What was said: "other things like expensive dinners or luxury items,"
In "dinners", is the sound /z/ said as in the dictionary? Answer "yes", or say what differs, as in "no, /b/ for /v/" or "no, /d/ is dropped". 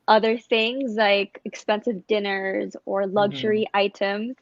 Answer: yes